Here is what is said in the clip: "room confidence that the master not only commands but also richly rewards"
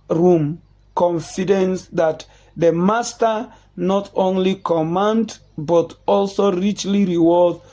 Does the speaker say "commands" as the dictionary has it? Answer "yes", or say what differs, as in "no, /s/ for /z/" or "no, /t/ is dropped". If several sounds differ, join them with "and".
no, /z/ is dropped